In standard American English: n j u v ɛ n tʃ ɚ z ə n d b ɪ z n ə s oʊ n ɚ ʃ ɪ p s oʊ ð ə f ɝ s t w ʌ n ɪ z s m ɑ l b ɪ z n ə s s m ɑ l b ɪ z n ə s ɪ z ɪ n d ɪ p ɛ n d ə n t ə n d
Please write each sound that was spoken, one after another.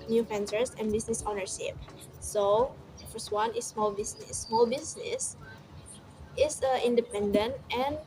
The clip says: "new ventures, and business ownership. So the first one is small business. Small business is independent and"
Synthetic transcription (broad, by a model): n j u f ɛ n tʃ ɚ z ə n b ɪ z n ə s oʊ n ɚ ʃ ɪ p s oʊ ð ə f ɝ s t w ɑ n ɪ s m ɑ l b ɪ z n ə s s m ɑ l b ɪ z n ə s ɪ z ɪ n d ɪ p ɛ n d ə n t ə n